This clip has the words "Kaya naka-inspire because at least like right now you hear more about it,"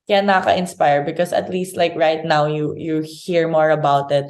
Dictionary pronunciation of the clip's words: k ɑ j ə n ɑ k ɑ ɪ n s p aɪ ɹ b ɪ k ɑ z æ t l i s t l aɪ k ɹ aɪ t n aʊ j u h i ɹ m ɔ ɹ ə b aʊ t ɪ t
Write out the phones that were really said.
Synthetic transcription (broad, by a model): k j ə n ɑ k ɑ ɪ n s p aɪ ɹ b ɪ k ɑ s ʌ t l i s t l aɪ k ɹ aɪ t n aʊ j u h i ɹ m ɔ ɹ ə b aʊ t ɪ t